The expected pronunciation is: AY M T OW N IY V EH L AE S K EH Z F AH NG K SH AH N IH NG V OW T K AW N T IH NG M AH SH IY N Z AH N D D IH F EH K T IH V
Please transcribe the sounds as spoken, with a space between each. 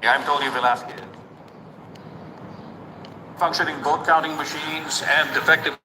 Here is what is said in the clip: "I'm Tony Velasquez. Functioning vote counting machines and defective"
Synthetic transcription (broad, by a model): AY M T OW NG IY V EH L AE S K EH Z F AH NG K SH AH N IH NG B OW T K AW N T IH NG M AH SH IY N Z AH N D D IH F EH K T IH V